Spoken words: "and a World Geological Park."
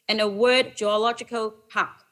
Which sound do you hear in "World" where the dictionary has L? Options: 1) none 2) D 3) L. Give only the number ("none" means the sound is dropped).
1